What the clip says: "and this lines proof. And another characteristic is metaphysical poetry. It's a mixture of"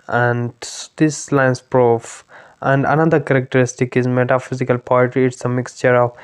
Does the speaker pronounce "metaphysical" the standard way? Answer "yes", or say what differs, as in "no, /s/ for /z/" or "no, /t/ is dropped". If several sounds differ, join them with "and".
yes